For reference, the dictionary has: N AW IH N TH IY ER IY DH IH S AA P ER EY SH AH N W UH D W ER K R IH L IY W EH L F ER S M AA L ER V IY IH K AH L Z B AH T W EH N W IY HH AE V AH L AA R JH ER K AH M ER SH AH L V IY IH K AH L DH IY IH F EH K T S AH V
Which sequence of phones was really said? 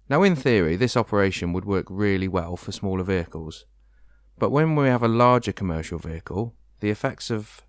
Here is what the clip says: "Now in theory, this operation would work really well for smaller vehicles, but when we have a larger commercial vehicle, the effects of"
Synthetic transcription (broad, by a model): N AW IH N TH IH ER IY DH IH S AA P ER EY SH AH N W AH D W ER K R IH L IY W EH L F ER S M AA L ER V IY IH K AH L Z B AH T W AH N W IY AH V AH L AA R JH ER K AH M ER SH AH L V IY IH K AH L DH IY IH F EH K T S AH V